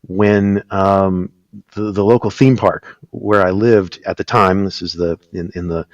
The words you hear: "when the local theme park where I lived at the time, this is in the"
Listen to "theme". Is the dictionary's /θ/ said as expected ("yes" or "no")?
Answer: yes